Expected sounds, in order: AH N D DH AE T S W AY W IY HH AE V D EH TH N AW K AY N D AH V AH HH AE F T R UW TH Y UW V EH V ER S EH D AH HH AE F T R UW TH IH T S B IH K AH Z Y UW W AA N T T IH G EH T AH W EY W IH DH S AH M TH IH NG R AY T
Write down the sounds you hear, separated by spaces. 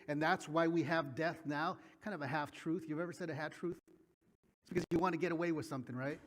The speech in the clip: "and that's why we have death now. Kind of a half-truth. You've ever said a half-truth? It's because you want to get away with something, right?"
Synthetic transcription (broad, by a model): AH N DH AE T S W AY W IY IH V D EH TH N AW K AY N D AH V AH HH AE F T R UW TH Y UW V EH V ER S EH D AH HH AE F T R UW TH IH T S B IH K AH Z Y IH W AA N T T IH G EH T AH W EY W IH DH S AH M TH IH NG R AY T